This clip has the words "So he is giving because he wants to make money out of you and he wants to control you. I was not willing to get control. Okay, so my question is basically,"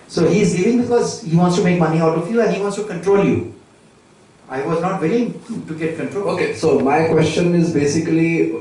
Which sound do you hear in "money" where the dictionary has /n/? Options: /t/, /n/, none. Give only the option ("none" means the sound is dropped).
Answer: /n/